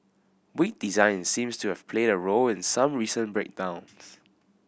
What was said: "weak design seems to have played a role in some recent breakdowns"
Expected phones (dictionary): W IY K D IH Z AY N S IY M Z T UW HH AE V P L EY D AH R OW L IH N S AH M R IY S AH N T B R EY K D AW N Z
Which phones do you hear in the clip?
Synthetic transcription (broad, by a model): W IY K D IH Z AY N S IY M S T UW HH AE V P L EY D AH R OW L IH N S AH M R IY S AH N B R EY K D AW N S